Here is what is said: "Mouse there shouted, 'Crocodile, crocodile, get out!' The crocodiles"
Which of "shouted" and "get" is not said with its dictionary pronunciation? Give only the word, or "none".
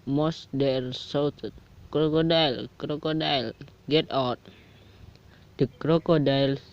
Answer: shouted